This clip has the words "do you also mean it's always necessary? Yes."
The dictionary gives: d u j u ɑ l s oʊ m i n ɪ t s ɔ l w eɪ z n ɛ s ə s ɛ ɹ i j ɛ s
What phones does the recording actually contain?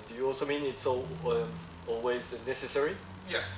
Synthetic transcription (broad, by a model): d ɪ j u ɑ l s oʊ m i n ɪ t s ɔ l w eɪ z n ɛ s ə s ɛ ɹ i j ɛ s